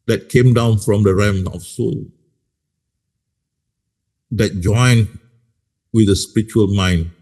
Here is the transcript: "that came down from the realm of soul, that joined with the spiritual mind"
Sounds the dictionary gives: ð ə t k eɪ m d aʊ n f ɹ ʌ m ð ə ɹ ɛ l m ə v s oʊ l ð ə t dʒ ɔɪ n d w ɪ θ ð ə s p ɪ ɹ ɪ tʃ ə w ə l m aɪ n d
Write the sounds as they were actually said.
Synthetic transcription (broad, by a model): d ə t k eɪ m d aʊ n f ɹ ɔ m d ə ɹ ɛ m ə f s oʊ l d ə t dʒ ɔɪ n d w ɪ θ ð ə s p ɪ ɹ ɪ tʃ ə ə l m aɪ n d